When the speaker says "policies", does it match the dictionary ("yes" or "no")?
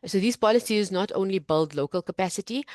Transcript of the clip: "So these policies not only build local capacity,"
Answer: yes